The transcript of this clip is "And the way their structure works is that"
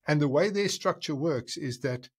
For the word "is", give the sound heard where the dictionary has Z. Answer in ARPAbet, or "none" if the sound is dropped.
Z